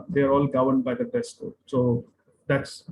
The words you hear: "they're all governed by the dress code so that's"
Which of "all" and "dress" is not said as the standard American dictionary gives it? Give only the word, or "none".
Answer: dress